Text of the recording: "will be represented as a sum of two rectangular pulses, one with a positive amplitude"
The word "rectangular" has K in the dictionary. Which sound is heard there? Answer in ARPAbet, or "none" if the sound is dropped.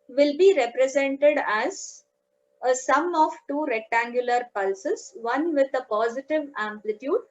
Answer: K